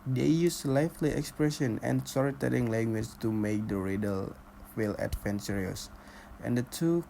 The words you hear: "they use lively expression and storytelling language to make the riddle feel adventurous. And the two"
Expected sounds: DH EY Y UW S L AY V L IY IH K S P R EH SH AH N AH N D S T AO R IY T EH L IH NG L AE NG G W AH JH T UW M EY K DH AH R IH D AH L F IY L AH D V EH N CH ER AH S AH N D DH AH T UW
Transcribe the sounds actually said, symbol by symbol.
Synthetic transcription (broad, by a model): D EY Y UW S L AY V L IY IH K S P R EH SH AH N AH N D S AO R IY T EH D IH NG L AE NG G W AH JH T UW M EY K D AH R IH D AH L F IY L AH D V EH N S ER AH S AH N D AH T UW